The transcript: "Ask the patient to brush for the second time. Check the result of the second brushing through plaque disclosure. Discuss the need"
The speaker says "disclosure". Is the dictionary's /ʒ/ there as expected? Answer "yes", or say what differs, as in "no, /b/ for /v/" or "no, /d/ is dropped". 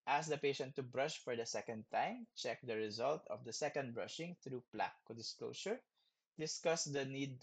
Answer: no, /ʃ/ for /ʒ/